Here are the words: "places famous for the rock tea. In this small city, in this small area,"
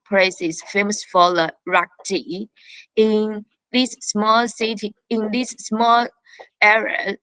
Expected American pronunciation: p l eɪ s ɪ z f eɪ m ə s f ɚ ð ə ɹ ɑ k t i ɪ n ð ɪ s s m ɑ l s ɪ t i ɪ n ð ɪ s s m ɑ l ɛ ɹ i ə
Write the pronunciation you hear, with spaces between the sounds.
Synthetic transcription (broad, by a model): p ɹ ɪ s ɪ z f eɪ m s f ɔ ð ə ɹ ɑ k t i ɪ n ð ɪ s s m ɑ l s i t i ɪ n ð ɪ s s m ɑ l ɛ ɹ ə